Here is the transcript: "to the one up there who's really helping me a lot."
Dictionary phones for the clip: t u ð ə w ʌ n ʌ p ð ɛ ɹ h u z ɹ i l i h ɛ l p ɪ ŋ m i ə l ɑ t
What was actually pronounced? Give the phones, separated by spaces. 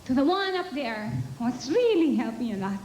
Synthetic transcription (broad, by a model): t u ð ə w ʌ n ʌ p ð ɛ ɹ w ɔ s ɹ i l i h ɛ l p ɪ ŋ ə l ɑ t